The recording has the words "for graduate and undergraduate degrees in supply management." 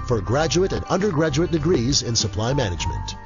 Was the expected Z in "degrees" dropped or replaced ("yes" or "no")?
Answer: no